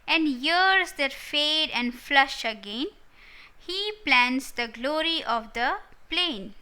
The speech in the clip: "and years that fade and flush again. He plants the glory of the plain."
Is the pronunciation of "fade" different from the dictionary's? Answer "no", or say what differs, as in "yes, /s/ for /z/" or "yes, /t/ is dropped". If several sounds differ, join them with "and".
no